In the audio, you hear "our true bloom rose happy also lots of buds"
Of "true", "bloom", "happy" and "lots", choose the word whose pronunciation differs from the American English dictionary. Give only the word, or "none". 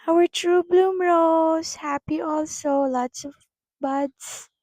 none